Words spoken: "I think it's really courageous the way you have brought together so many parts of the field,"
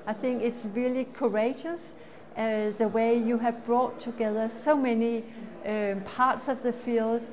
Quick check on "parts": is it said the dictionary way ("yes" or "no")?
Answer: yes